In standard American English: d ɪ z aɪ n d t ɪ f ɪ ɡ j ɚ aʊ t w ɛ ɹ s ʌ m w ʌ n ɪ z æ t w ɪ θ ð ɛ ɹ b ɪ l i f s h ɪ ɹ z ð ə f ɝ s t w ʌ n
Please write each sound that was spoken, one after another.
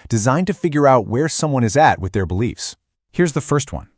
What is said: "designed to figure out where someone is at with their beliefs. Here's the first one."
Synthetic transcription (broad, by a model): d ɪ z aɪ n t ɪ f ɪ ɡ j ɚ aʊ t w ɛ ɹ s ʌ m w ʌ n ɪ z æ t w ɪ ð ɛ ɹ b ɪ l i f s h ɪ ɹ z ð ə f ɝ s t w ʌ n